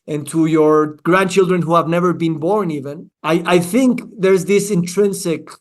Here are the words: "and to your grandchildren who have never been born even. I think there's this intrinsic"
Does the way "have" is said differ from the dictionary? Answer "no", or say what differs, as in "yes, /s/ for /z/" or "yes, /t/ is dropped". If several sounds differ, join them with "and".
no